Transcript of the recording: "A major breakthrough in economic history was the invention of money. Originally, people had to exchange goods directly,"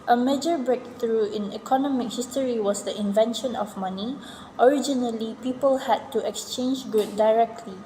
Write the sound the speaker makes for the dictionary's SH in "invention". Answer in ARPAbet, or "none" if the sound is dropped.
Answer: SH